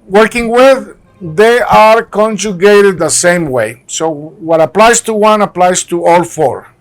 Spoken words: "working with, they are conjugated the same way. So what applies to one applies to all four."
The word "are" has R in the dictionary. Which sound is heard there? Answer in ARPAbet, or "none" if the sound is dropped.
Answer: R